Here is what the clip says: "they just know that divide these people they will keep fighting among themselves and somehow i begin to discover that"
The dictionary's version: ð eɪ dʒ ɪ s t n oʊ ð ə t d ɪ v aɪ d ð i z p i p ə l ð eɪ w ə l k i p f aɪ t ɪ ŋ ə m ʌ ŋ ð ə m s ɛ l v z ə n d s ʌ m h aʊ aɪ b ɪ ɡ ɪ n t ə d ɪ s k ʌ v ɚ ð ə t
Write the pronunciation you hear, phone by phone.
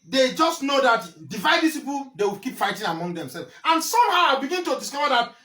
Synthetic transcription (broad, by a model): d eɪ dʒ ɪ s t n oʊ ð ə t d ɪ v aɪ d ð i s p i p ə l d eɪ w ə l k i p f aɪ t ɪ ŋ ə m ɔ ŋ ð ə m s ɛ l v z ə n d s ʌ m h aʊ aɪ b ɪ ɡ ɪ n t ə d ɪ s k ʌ v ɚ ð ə t